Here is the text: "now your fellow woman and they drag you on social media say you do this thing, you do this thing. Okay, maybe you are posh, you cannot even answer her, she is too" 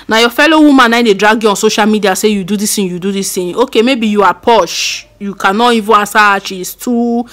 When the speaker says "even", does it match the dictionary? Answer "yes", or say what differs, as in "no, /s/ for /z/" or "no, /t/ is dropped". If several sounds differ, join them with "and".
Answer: no, /n/ is dropped